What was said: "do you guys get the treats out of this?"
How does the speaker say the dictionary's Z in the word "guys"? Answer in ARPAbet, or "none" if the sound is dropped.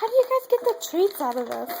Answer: Z